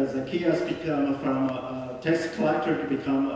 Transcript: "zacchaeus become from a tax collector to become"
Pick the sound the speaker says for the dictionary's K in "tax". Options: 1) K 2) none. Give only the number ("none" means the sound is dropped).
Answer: 2